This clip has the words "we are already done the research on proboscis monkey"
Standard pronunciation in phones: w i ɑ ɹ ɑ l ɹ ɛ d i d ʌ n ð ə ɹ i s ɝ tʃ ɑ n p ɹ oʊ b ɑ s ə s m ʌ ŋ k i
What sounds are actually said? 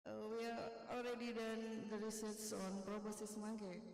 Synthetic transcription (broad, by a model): w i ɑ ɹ ɑ l ɹ ɛ d i d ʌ n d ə ɹ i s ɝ s ɑ n p ɹ oʊ b ɑ s ə s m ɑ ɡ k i